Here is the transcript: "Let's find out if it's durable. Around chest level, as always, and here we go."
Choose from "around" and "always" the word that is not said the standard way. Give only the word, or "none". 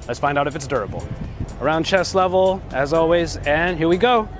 none